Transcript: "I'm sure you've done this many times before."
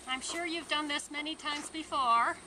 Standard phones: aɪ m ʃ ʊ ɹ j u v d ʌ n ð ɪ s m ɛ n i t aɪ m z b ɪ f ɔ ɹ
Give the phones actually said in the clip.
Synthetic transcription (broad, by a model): aɪ m ʃ ʊ ɹ j u v d ʌ n ð ɪ s m ɛ n i t aɪ m z b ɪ f ɔ ɹ